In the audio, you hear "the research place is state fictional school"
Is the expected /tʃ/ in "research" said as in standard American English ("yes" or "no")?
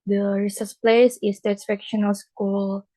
no